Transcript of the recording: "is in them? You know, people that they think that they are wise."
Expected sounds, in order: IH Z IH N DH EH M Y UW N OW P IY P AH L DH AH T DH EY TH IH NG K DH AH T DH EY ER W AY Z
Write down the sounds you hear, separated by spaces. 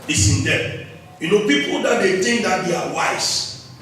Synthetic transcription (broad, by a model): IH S IH N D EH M Y UW N OW P IY P AH L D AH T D EY T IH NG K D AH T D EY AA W AY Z